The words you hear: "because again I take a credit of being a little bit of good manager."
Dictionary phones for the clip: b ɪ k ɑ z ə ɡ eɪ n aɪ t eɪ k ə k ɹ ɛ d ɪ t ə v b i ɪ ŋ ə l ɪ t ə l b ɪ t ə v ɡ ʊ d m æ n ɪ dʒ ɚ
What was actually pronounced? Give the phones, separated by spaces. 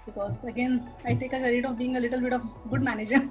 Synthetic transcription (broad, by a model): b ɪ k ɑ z ə ɡ eɪ n aɪ t eɪ k ə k ɛ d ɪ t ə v b i ɪ ŋ ə l ɪ t ə l b ɪ t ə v ɡ ʊ d m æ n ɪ dʒ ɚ